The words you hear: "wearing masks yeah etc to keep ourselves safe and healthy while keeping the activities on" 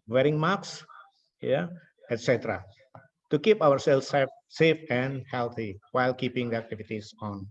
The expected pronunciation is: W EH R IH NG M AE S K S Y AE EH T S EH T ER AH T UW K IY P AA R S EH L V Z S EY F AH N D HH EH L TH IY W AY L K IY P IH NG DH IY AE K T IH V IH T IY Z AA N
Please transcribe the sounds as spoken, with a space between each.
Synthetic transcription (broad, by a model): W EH R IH NG M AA K S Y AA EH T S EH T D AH T UW K IY P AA R S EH L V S S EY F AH N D HH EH L T IY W AY L K IY P IH NG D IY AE K T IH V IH T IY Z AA N